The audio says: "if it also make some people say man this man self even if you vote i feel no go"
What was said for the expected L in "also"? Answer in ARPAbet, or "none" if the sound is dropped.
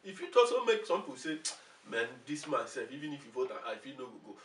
none